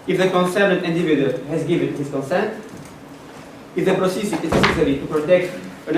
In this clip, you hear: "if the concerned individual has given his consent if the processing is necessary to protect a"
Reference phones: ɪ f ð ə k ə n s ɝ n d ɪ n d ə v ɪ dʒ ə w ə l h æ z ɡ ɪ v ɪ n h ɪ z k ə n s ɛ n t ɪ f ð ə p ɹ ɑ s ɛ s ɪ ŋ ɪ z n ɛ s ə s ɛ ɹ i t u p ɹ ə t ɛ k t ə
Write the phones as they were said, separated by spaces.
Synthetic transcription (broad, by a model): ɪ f ð ə k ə n s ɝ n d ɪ n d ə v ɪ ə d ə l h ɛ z ɡ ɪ v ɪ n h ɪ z k ə n s ɛ n t ɪ f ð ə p ɹ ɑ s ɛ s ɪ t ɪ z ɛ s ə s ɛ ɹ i t u p ɹ ə t ɛ k t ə